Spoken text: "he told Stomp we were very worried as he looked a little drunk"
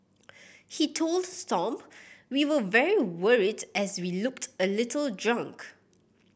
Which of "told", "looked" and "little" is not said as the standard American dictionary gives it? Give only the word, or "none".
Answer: none